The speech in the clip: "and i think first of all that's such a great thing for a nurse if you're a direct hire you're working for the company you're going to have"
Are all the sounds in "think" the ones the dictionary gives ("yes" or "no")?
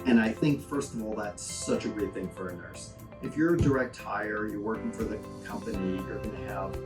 yes